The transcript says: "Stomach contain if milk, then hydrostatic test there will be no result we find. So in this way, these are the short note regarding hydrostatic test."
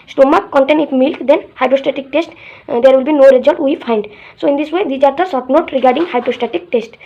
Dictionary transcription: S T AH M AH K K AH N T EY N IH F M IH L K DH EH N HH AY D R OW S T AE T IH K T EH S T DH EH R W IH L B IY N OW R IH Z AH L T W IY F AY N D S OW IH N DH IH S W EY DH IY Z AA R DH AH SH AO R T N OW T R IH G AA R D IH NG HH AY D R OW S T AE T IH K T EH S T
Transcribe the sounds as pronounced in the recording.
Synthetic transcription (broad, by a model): S T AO M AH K K AH N T EY N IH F M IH L K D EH N HH AY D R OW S T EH T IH K T EH S T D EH R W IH L B IY N OW R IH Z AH L T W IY F AY N D S OW IH N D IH S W EY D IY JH AA R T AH S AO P N OW T R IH G AA R D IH NG HH AY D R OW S T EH T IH K T EH S T